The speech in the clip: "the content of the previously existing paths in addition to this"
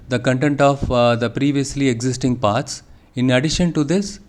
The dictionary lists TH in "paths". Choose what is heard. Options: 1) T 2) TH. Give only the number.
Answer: 1